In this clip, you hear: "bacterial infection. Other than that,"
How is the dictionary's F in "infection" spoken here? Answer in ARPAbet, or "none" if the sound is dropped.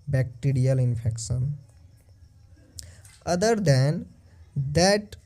P